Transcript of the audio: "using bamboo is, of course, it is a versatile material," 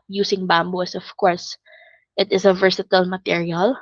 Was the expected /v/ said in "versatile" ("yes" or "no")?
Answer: yes